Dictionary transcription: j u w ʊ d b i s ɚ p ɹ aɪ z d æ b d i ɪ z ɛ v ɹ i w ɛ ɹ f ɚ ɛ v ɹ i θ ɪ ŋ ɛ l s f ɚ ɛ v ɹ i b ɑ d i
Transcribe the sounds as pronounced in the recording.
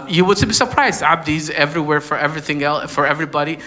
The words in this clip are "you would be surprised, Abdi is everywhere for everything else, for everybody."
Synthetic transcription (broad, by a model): j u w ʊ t b i s ɚ p ɹ aɪ z d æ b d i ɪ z ɛ v ɹ i w ɛ ɹ f ɚ ɛ v ɹ i θ ɪ ŋ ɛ l f ɚ ɛ v ɹ i b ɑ d i